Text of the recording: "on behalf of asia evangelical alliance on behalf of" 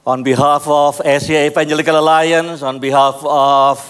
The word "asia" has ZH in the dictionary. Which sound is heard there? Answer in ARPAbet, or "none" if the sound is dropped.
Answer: S